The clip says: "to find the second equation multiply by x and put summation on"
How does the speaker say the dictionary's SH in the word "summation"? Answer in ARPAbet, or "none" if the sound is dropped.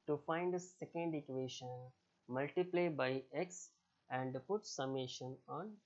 SH